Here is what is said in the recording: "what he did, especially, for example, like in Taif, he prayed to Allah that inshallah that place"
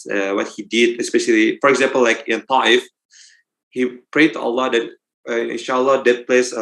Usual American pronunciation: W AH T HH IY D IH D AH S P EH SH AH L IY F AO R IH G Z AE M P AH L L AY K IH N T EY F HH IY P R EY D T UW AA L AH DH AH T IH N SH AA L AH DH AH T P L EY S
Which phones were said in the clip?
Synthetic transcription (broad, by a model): W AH T HH IY D IH D AH S P EH SH AH L IY F AO R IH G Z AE M P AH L L AY K IH N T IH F HH IY P R EY D T UW AA L AH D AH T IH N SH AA L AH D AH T P L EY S